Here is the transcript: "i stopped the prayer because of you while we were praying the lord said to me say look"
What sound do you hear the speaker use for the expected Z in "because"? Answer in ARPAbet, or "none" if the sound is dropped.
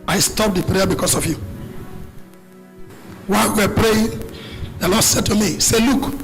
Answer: S